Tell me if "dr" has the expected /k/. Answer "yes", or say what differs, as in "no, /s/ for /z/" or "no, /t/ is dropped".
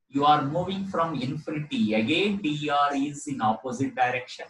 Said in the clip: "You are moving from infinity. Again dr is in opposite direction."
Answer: no, /k/ is dropped